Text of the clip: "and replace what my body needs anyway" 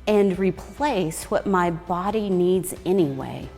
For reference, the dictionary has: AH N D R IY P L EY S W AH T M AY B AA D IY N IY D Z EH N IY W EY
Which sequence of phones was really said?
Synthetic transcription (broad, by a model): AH N R IY P L EY S W AH T M AY B AA D IY N IY D Z EH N IY W EY